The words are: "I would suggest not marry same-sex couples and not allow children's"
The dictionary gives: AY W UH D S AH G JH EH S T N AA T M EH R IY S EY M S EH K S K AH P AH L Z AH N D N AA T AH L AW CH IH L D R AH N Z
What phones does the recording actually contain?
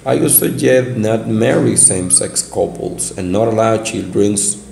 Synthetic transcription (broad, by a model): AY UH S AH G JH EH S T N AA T M EH R IY S EY M S EH K S K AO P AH L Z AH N N AA T AH L AW CH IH L D R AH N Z